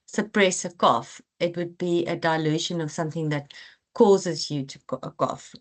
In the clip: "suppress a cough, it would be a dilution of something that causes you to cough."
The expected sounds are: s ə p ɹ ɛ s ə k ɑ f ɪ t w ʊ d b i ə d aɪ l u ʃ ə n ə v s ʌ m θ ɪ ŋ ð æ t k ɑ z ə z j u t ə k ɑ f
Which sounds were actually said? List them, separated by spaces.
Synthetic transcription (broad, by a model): s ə p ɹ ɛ s ə k ɑ f ɪ t w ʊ d b i ə d aɪ l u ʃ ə n ə v s ʌ m θ ɪ ŋ ð æ t k ɑ z ə z j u t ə k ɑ f